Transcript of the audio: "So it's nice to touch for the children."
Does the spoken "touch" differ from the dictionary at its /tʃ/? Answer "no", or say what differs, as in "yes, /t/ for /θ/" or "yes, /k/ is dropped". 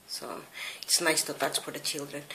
yes, /s/ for /tʃ/